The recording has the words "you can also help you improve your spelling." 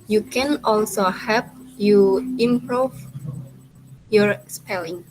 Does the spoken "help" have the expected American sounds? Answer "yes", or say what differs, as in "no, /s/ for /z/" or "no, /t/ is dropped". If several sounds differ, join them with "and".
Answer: no, /l/ is dropped